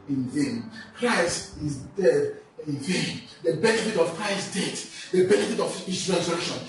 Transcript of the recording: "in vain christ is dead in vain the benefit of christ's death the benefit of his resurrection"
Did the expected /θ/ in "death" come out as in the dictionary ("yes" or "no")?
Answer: no